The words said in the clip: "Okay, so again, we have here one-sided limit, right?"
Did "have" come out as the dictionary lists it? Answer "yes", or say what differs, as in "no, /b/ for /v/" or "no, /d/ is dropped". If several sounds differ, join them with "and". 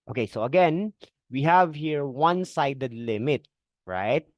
yes